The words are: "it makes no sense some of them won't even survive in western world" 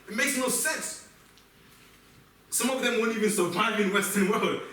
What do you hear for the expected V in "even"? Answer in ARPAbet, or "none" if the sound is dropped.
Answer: V